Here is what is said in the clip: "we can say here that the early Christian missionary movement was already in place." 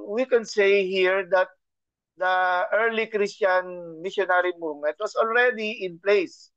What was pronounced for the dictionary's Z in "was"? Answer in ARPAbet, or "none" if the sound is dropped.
S